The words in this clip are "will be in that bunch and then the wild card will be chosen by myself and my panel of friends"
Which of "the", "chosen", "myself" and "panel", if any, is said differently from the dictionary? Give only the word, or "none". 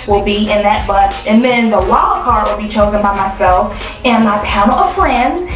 panel